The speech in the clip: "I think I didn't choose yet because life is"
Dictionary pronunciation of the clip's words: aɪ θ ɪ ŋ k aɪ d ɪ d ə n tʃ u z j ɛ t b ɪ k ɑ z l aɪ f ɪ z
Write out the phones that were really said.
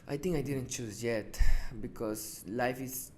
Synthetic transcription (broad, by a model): aɪ t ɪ ŋ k aɪ d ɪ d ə n tʃ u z j ɛ t b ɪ k ɑ s l aɪ f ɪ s